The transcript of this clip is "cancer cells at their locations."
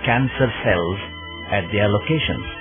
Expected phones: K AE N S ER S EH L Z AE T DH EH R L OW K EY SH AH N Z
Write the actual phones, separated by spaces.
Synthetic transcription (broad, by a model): K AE N S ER S EH L Z AE T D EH R L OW K EY SH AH N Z